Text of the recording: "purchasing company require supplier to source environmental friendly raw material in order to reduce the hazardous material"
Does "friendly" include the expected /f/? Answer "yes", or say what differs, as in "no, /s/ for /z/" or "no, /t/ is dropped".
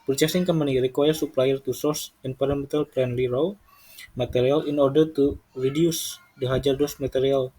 no, /p/ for /f/